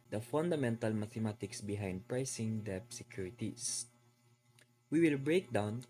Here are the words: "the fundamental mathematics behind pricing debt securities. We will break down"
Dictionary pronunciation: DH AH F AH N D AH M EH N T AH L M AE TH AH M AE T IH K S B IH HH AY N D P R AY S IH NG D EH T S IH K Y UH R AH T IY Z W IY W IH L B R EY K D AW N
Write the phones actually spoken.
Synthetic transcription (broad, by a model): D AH F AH N D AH M EH N T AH L M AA T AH M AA T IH K S B IH HH AY N D P R AY S IH NG D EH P S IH K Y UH R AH T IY S W IY W IH L B R EY K D AW N